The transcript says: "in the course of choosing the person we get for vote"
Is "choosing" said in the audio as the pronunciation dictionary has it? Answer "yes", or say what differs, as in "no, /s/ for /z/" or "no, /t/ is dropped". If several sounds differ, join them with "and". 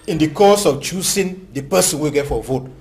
no, /s/ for /z/